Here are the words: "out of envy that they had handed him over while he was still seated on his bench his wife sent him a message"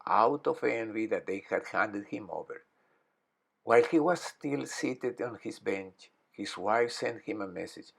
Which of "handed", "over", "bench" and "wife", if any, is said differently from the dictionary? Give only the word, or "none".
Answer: none